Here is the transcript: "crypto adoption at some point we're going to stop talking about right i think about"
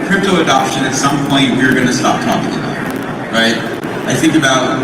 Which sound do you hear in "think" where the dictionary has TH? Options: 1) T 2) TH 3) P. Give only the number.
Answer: 2